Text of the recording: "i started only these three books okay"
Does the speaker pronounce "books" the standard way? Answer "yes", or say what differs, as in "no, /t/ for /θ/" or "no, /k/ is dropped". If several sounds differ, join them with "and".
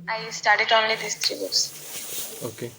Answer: no, /k/ is dropped